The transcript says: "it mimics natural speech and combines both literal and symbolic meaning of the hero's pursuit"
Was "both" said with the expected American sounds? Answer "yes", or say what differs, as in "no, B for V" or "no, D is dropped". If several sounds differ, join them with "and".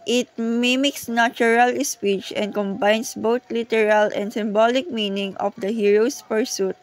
no, T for TH